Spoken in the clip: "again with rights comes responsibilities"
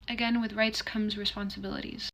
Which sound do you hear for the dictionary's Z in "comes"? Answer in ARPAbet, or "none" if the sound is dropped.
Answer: Z